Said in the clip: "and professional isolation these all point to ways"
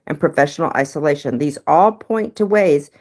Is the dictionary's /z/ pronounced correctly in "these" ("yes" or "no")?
yes